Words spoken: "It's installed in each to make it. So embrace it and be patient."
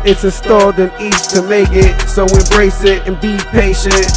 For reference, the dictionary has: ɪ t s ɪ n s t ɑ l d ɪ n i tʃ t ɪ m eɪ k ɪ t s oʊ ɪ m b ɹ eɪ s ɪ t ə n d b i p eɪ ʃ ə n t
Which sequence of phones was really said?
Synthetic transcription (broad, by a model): ɪ t s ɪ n s t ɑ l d ɪ n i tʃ t ɪ m eɪ k ɪ t s oʊ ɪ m b ɹ eɪ s ɪ t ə n b i p eɪ ʃ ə n t